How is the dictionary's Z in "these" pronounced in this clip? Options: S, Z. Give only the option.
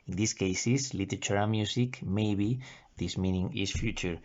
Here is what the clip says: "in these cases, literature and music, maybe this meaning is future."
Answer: S